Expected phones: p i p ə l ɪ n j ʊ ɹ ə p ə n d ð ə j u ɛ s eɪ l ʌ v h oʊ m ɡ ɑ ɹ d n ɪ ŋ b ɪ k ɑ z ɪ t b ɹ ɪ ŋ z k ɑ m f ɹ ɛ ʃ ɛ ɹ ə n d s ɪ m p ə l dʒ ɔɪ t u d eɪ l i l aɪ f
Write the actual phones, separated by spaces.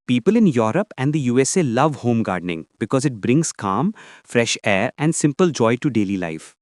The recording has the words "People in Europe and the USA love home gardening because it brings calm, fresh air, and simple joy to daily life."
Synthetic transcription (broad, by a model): p i p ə l ɪ n j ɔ ɹ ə p ə n d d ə j u ɛ s eɪ l ʌ v h oʊ m ɡ ɑ ɹ d n ɪ ŋ b ɪ k ɑ z ɪ t b ɹ ɪ ŋ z k ɑ m f ɹ ɛ ʃ ɛ ɹ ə n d s ɪ m p ə l dʒ ɔɪ t u d eɪ l i l aɪ f